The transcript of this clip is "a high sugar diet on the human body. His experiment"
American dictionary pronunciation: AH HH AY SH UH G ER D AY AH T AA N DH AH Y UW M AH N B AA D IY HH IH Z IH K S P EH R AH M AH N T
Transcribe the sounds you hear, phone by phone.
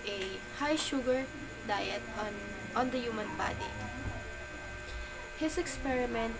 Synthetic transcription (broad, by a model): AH HH AY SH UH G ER D AY AH T AA N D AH Y UW M AH N B AA D IY HH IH S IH K S P EH R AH M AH N T